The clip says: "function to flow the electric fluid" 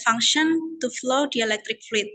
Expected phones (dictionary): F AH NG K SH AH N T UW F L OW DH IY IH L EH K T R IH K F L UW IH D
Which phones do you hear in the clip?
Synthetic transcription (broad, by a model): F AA NG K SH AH N T UW F L OW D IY IH L EH K T R IH K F L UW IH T